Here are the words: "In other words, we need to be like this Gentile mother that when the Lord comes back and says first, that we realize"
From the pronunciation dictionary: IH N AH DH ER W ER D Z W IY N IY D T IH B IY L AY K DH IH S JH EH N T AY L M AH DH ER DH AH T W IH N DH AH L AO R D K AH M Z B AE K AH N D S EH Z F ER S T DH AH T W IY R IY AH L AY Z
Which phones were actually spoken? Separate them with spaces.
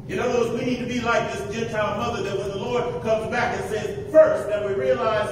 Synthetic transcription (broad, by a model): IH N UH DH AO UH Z W IY N IY D T IH B IY L AY K DH IH S JH EH N T AY L M AH DH ER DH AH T W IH DH AH L AO R D K AH M Z B AE K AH N S EH Z F ER S T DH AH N W IY R IY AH L AY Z